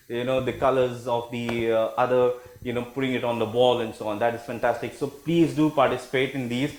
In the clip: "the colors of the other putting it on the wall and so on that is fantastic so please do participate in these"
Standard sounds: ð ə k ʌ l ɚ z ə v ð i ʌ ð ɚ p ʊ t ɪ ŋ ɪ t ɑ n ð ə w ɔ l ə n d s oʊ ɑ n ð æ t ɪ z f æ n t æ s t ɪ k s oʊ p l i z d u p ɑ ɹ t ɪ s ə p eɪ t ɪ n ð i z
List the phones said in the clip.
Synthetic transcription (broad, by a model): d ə k ʌ l ɚ z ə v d i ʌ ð ɚ p ʊ t ɪ ŋ ɪ t ɑ n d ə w ɔ l ə n d s oʊ ɑ n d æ t ɪ z f æ n t æ s t ɪ k s oʊ p l i z d u p ɑ ɹ t ɪ s ə p eɪ t ɪ n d i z